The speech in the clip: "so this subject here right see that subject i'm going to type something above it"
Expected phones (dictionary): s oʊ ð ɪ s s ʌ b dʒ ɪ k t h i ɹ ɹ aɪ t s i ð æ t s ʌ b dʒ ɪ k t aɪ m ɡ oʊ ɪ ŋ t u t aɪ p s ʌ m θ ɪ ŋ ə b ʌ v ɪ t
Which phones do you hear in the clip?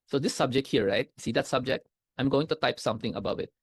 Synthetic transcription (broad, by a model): s oʊ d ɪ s s ʌ b dʒ ɪ k t h i ɹ ɹ aɪ t s i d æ t s ʌ b dʒ ɪ k t aɪ m ɡ oʊ ɪ ŋ t u t aɪ p s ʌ m t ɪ ŋ ə b ʌ v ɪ t